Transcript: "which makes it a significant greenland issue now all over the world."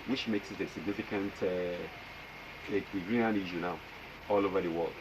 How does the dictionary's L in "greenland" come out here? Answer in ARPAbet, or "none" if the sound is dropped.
none